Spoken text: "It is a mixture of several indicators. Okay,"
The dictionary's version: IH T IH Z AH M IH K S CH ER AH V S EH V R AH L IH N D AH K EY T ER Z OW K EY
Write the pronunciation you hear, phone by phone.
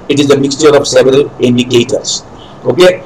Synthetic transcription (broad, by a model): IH T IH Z AH M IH K S CH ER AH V S EH V R AH L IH N D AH K EY T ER S OW K EY